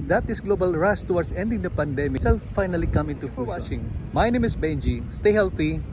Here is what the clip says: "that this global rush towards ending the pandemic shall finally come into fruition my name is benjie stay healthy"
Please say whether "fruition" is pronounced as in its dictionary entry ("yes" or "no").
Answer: no